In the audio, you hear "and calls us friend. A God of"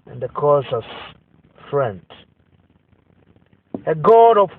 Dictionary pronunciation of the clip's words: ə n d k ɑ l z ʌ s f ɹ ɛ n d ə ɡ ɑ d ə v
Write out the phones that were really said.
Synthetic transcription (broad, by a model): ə n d k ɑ z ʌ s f ɹ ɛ n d ə ɡ ɑ d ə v